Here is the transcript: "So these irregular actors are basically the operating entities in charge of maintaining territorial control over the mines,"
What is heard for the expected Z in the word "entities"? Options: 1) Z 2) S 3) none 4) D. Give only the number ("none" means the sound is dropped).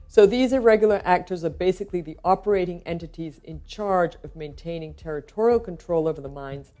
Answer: 1